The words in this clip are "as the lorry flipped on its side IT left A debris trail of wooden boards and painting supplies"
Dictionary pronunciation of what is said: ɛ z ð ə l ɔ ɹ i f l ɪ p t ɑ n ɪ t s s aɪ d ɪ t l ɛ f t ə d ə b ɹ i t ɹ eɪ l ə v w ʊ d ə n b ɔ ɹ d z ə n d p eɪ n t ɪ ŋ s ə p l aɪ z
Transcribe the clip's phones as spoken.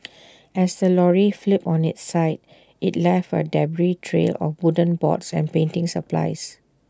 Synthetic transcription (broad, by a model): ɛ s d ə l ɔ ɹ i f l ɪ p ɑ n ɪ t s s aɪ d ɪ t l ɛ f ə d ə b ɹ i t ɹ eɪ l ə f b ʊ d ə n b ɔ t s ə n p eɪ n t ɪ ŋ s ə p l aɪ s